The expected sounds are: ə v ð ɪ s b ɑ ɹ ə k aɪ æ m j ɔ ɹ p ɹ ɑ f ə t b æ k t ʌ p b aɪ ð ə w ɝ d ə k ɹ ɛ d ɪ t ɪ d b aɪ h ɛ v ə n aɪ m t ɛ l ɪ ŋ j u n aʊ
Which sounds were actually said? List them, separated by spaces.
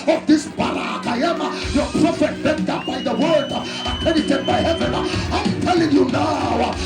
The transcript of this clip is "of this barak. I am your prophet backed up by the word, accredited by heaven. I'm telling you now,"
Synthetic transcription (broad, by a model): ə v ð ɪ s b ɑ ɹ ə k aɪ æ m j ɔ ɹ p ɹ ɑ f ə t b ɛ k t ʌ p b aɪ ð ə w ɝ d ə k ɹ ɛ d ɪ t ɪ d b aɪ h ɛ v ə n aɪ m t ɛ l ɪ ŋ j u n aʊ